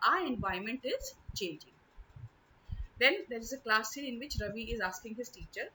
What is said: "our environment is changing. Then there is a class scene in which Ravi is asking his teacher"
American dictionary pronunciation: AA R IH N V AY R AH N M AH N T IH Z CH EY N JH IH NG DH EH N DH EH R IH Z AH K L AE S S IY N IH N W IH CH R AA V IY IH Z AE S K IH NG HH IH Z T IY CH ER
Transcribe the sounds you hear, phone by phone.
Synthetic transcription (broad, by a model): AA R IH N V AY AH M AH N T IH Z CH EY N JH IH NG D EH N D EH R IH Z AH K L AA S S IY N IH N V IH CH R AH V IY IH Z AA S K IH NG HH IH Z T IY CH ER